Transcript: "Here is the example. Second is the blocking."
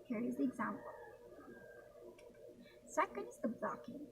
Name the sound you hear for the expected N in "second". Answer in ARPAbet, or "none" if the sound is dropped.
N